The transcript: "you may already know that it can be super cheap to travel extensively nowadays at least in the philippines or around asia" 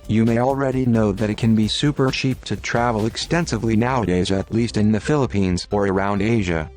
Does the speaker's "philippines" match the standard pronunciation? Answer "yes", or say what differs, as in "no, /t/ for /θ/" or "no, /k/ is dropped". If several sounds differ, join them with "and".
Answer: yes